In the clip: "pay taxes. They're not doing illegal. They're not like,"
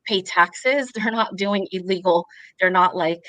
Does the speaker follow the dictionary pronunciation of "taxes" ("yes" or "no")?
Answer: yes